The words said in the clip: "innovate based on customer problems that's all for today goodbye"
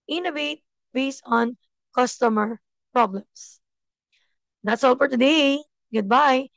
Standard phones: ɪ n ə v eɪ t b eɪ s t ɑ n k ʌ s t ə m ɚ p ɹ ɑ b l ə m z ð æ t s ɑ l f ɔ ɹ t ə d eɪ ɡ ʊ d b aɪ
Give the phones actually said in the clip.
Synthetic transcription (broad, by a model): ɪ n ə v eɪ t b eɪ s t ɑ n k ʌ s t ə m ɚ p ɹ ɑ b l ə m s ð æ t s ɑ l f ɔ ɹ t ə d eɪ ɡ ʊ d b aɪ